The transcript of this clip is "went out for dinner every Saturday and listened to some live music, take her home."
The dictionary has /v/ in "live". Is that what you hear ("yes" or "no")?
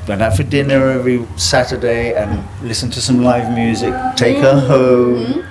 yes